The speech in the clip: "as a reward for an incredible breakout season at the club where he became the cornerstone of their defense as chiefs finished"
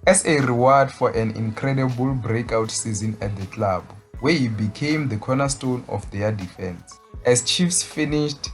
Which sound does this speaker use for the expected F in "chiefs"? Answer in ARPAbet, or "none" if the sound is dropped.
F